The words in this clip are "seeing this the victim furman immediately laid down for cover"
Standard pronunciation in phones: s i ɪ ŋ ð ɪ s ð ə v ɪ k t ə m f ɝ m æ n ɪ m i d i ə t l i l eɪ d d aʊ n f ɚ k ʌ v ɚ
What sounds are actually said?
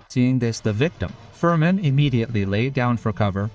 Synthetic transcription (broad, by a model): s i ɪ ŋ ð ɪ s ð ə v ɪ k t ə m f ɝ m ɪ n ɪ m i d i ə t l i l eɪ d d aʊ n f ɚ k ʌ v ɚ